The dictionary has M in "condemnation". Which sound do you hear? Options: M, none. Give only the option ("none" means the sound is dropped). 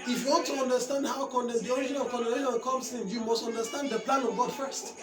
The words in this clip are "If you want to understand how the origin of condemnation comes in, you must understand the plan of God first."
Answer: none